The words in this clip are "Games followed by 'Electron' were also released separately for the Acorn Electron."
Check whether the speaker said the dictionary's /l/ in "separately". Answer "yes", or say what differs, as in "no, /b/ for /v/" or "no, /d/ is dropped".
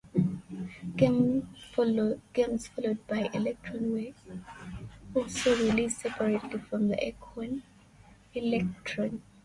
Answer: no, /l/ is dropped